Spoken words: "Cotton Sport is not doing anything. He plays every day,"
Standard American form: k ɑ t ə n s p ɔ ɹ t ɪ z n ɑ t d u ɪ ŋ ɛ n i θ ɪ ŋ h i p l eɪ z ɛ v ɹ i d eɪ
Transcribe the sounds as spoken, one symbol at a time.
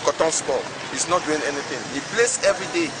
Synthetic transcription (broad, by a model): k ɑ t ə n s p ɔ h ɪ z n ɑ t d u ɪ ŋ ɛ n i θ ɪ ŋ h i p l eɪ s ɛ v ɹ i d eɪ